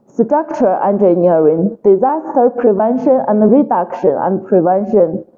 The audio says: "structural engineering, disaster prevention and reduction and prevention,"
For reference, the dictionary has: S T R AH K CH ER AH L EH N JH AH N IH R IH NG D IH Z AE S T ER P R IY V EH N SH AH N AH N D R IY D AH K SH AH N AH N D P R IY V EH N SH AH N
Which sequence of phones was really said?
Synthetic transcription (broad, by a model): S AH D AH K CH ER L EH N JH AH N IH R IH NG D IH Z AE S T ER P R IY V EH N SH AH N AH N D R IY D AH K SH AH N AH N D P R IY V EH N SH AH N